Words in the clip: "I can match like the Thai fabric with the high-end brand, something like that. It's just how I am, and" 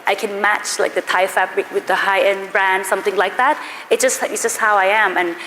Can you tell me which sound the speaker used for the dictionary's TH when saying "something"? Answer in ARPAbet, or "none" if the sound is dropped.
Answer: TH